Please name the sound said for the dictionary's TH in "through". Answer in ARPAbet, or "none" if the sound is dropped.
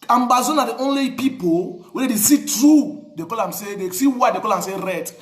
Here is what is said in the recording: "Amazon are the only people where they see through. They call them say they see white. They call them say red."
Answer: T